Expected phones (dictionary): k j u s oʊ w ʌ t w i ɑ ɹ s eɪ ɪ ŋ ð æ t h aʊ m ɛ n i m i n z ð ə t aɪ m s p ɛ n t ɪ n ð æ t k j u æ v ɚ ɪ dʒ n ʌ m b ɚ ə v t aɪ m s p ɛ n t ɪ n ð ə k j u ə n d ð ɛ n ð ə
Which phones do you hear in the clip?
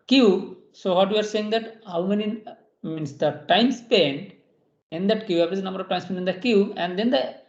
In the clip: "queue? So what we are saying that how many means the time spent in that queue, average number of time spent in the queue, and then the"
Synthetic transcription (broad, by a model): k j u s oʊ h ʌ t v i ɑ ɹ s eɪ ɪ ŋ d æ t h aʊ m ɛ n i m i n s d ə t aɪ m s p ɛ n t ɪ n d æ t k j u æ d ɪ z n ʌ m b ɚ ə v t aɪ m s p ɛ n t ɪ n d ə k j u ə n d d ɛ n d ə